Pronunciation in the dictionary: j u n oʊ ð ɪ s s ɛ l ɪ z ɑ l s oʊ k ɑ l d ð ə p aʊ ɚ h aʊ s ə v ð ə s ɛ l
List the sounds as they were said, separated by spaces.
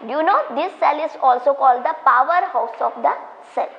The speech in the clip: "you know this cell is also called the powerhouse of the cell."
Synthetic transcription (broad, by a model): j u n oʊ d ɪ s s ɛ l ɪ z ɑ l s oʊ k ɑ l d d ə p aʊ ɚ h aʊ s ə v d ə s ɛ l